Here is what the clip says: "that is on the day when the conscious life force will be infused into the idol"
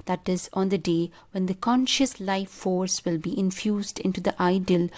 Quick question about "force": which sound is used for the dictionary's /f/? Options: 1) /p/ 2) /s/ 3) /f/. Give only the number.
3